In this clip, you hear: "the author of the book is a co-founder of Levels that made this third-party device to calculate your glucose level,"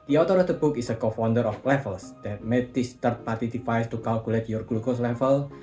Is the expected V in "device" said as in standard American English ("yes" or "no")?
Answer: no